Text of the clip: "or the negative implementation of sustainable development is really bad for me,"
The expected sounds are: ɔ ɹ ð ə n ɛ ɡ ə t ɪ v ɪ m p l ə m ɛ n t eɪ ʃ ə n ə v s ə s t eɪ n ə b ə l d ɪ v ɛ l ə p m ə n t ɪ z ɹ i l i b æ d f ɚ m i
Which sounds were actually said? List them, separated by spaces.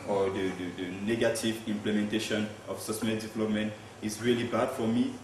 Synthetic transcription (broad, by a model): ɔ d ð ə n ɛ ɡ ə t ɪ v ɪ m p l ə m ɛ n t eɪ ʃ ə n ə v s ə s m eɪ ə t d ɪ v ɛ l ə p m ə n t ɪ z ɹ i l i b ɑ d f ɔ m i